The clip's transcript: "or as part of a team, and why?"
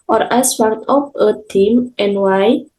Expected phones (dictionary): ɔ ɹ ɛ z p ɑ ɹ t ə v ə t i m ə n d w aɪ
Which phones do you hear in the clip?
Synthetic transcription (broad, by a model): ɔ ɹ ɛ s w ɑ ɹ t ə p ə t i m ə n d w aɪ